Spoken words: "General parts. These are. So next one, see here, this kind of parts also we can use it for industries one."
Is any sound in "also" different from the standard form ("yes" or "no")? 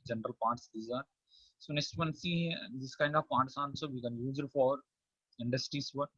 yes